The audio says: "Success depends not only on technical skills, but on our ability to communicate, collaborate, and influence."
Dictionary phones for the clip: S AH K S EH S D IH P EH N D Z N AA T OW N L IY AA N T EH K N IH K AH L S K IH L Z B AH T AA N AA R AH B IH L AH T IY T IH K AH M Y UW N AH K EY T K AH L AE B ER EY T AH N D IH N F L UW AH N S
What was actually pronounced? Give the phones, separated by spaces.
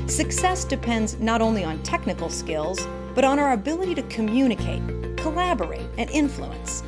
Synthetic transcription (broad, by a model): S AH K S EH S D IH P EH N D Z N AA T OW N L IY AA N T EH K N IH K L S K IH L Z B AH T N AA R AH B IH L AH T IY T IH K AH M Y UW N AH K EY T K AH L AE B ER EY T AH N IH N F L UW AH N S